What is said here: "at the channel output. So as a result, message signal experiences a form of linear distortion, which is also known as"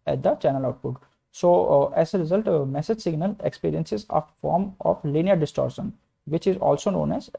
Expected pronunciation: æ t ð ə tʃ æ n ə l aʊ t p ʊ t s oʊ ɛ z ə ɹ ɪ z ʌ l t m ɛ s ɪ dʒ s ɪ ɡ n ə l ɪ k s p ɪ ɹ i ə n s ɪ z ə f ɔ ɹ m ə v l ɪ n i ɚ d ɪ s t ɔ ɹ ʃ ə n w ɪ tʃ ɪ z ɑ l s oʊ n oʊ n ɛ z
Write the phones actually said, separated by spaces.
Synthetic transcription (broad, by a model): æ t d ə tʃ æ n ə l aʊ t b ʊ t s oʊ ɛ z ə ɹ ɪ z ʌ l t m ɛ s ɪ dʒ s ɪ ɡ n ə l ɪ k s p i ɹ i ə n s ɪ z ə f ɔ ɹ m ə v l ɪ n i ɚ d ɪ s t ɔ ɹ ʃ ə n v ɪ tʃ ɪ z ɑ l s oʊ n oʊ n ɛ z